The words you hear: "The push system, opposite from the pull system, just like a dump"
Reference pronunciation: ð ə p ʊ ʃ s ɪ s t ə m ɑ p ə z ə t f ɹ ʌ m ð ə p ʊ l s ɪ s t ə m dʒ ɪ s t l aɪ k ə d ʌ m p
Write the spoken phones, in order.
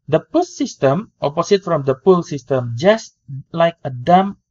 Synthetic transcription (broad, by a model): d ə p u s s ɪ s t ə m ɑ p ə s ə t f ɹ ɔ m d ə p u l s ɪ s t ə m dʒ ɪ s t l aɪ k ə d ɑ m